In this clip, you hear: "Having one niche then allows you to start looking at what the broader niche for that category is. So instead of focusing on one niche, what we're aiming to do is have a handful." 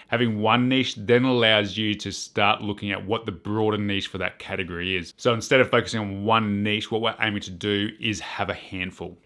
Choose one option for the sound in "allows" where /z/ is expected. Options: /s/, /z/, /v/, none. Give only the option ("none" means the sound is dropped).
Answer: /z/